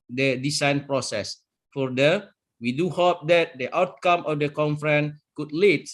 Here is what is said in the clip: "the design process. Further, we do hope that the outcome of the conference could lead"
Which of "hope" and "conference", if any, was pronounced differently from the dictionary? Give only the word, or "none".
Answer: conference